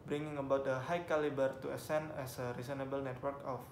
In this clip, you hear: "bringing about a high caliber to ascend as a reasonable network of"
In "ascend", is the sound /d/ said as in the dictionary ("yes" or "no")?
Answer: no